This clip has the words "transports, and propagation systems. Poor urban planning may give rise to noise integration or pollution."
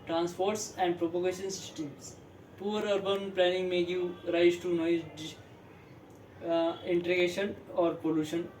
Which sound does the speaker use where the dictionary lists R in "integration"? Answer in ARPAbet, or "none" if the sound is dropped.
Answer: none